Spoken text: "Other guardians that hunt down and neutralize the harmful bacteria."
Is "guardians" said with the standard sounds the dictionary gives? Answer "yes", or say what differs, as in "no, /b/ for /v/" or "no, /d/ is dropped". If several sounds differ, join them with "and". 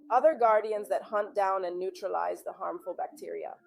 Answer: yes